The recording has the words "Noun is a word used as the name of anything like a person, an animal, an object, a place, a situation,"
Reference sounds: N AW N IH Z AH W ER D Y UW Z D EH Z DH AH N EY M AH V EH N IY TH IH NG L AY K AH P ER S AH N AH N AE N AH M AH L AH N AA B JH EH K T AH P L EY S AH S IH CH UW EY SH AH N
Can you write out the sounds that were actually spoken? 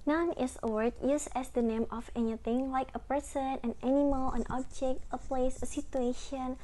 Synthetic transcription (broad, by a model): N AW N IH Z AH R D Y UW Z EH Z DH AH N EY M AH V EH N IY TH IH NG L AY K AH P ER S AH N AH N AE N AH M AH L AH N AA B JH EH K T AH P L EY S AH S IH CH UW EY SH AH N